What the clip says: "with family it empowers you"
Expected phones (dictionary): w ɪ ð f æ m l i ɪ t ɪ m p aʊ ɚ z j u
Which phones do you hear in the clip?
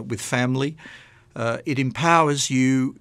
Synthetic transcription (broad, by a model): w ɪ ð f æ m l i ɪ t ɪ m p aʊ ɚ z j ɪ